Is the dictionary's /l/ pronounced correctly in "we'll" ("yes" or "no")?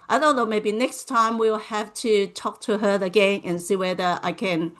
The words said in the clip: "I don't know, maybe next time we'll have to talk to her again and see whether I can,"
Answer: yes